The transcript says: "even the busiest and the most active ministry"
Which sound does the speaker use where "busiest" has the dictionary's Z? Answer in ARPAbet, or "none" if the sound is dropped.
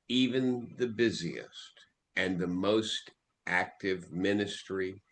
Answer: Z